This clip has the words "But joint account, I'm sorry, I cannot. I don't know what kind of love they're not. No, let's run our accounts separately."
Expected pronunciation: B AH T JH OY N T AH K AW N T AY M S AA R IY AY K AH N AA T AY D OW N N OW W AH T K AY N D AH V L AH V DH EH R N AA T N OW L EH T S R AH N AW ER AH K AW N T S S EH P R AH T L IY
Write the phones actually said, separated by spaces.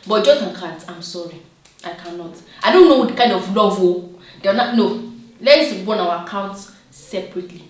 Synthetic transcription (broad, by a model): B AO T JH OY T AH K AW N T AY M S AA R IY AY K AH N AA T AY D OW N N OW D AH K AY N D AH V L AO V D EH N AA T N OW L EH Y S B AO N AW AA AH K AW N T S S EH P R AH T L IY